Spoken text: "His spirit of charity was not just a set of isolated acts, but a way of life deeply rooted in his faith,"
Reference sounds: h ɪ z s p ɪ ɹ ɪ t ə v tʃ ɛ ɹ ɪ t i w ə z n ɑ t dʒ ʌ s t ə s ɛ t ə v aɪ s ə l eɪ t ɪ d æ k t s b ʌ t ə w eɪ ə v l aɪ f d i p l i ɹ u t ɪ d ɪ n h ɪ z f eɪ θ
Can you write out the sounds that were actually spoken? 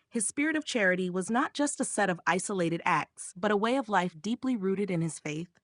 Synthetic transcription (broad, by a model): h ɪ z s p ɪ ɹ ɪ t ə v tʃ ɛ ɹ ɪ t i w ə z n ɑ t dʒ ʌ s t ə s ɛ t ə v aɪ s ə l eɪ t ɪ d æ k t s b ʌ t ə w eɪ ə v l aɪ f d i p l i ɹ u t ɪ d ɪ n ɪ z f eɪ θ